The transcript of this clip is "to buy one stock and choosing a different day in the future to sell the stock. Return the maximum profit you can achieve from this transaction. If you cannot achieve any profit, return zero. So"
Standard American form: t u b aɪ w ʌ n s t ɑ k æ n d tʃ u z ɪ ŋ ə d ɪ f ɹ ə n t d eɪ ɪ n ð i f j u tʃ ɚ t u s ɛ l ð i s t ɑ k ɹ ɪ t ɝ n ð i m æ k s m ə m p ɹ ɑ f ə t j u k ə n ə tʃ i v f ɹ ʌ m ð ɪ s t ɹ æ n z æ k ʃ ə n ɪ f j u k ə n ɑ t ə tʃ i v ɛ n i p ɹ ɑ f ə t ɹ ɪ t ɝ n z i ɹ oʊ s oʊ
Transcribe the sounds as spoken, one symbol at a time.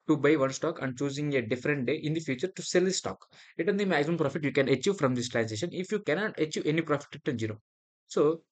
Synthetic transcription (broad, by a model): t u b aɪ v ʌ n s t ɑ k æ n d tʃ u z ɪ ŋ ə d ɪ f ɹ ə n t d eɪ ɪ n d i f j u tʃ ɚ t u s ɛ l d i s t ɑ k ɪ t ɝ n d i m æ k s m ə m p ɹ ɑ f ə t j u k ə n ə tʃ i v f ɹ ʌ m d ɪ s t ɹ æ n s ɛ ʃ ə n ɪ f j u k ə n ɑ t ə tʃ i v ɛ n i p ɹ ɑ f ə t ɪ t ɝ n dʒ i ɹ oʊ s oʊ